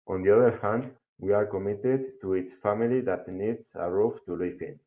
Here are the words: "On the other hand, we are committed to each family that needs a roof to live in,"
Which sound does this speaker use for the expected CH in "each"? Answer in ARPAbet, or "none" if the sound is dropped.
S